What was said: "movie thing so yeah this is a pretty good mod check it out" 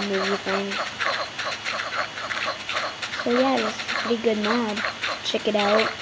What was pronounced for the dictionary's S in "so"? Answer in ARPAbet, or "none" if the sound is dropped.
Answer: S